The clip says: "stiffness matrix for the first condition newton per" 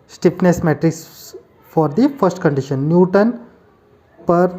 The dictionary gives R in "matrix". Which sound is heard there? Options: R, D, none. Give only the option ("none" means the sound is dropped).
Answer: R